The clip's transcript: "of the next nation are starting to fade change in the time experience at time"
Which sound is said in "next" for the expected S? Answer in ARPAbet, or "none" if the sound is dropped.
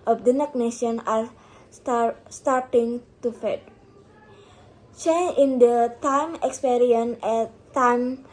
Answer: none